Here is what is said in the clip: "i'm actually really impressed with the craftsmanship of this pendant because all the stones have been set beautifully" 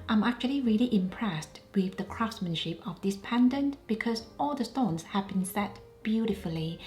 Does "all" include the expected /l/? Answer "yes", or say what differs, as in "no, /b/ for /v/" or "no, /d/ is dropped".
yes